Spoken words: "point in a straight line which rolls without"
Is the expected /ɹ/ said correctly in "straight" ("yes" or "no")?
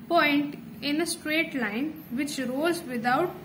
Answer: yes